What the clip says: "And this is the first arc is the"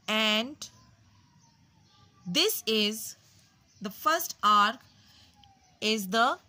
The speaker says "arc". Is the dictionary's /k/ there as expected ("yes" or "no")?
yes